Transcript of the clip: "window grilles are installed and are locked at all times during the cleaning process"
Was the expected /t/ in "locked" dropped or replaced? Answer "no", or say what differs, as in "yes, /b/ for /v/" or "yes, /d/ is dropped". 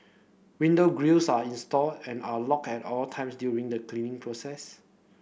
yes, /t/ is dropped